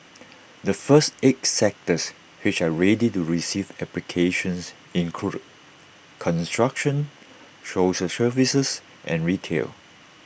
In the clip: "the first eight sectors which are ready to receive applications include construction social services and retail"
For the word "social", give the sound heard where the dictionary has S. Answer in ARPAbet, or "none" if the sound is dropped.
SH